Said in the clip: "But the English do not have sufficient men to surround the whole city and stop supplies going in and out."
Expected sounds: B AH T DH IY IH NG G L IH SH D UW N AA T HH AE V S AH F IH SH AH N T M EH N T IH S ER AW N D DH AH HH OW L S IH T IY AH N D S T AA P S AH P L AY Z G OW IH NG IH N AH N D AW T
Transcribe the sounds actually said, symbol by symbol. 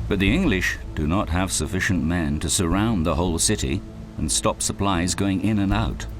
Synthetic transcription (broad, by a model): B AH T DH IY IH NG G L IH SH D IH N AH T HH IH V S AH F IH SH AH N M EH N T IH S ER AW N DH AH HH OW L S IH T IY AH N S T AA P S AH P L AY Z G OW IH NG IH N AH N AW T